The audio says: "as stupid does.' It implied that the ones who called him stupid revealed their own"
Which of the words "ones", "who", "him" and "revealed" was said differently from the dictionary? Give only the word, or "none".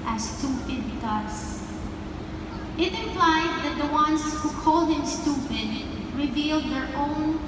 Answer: ones